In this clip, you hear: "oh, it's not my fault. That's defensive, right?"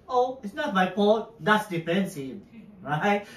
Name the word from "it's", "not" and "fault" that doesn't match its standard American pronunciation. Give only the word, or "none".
fault